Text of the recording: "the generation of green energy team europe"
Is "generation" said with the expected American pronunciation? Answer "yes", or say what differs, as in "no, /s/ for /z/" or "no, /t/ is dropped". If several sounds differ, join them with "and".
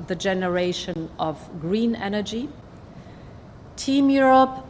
yes